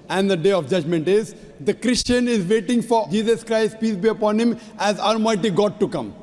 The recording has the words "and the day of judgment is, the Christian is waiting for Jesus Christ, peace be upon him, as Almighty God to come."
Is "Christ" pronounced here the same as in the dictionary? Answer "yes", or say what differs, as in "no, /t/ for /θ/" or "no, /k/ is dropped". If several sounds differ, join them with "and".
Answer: yes